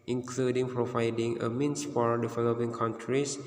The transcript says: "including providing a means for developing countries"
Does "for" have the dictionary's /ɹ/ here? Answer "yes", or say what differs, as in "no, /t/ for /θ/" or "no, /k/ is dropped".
no, /l/ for /ɹ/